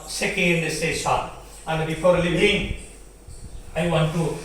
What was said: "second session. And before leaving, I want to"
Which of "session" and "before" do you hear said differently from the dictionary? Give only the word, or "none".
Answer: session